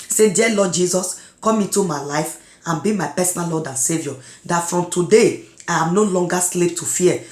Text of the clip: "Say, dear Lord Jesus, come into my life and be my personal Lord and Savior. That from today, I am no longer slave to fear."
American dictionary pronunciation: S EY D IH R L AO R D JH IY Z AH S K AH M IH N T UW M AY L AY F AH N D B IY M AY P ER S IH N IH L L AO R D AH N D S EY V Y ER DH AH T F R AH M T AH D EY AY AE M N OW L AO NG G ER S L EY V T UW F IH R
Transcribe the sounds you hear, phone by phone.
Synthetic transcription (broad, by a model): S EY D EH L AO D JH IY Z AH S K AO M IH N T UW M AY L AY F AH N B IY M AY P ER S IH N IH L L AO D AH N S EY V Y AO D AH T F R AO M T AH D EY AY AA M N OW L AO NG G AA S L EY P T UW F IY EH